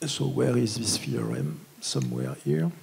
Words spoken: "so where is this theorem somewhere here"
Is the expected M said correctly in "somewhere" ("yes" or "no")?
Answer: yes